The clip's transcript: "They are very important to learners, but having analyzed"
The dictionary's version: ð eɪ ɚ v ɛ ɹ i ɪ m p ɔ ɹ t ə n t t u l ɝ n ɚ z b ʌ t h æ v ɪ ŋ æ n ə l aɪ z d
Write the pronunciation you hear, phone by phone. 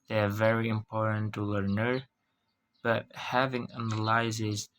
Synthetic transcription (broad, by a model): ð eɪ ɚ v ɛ ɹ i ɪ m p ɔ ɹ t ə n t t u l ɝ n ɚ b ʌ t h æ v ɪ ŋ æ n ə l aɪ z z